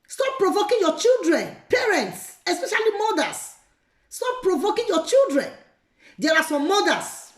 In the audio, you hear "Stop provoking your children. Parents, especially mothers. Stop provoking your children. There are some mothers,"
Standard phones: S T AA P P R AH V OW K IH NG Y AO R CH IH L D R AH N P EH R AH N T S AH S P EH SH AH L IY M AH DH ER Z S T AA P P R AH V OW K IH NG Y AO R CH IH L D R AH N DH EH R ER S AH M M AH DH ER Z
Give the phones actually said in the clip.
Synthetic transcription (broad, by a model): S T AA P P R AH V OW K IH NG Y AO CH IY L D R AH N P EH R AH N T S AH S P EH SH AH L IY M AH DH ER S T AA P P R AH V OW K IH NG Y AO CH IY L D R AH N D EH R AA S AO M M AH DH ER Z